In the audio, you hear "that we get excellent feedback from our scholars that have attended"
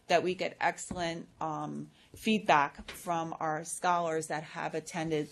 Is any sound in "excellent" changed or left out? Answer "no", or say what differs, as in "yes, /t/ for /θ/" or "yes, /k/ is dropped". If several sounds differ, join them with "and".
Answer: no